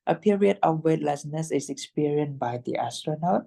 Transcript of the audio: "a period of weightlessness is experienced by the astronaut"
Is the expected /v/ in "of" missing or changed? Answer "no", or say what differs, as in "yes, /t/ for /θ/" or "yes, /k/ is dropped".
yes, /f/ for /v/